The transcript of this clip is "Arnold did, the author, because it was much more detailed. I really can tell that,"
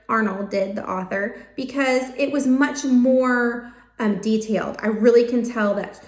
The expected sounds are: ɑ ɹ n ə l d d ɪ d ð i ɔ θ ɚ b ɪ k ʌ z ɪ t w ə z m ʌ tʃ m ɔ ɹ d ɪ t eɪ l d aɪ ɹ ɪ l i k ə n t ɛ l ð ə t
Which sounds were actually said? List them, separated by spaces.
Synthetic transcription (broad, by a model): ɑ ɹ n l d d ɪ d ð i ɔ θ ɚ b ɪ k ʌ z ɪ t w ə z m ʌ tʃ m ɔ ɹ d ɪ t eɪ l d aɪ ɹ ɪ l i k ə n t ɛ l ð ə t